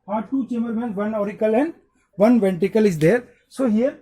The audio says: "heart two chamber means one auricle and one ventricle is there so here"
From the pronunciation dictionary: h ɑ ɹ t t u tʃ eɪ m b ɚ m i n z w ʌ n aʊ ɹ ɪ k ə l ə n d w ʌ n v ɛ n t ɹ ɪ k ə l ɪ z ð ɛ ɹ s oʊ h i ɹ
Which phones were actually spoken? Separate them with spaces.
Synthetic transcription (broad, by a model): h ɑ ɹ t t u tʃ eɪ m b ɚ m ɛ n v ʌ n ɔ ɹ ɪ k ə l ə n d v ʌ n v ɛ n t ɪ k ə l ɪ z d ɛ ɹ s oʊ h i ɹ